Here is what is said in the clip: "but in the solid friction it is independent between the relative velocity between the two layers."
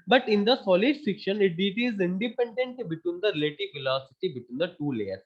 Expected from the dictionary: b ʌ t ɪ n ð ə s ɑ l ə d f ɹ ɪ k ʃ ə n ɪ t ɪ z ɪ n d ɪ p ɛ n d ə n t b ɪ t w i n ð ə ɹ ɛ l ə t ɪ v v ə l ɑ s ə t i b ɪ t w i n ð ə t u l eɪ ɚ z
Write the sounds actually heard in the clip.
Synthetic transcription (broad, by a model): b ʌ t ɪ n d ə s ɑ l ə d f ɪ k ʃ ə n ɪ t ɪ z ɪ n d ɪ p ɛ n d ə n t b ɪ t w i n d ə ɹ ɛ l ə t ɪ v f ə l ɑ s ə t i b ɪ t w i n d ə t u l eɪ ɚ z